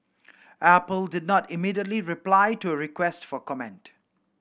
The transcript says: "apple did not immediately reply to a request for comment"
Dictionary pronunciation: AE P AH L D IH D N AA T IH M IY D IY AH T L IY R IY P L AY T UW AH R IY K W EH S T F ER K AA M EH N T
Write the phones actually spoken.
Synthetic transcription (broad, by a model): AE P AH L D IH D N AA T IH M IY D IY AH T L IY R IY P L AY T UW AH R IY K W EH S T F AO K AA M EH N T